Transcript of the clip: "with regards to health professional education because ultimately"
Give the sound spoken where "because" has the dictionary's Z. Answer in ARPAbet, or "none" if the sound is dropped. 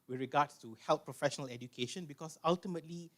S